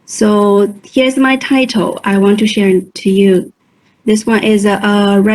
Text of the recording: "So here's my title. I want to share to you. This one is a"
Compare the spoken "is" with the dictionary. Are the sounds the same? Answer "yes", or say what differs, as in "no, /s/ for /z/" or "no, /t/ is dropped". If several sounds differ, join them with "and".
yes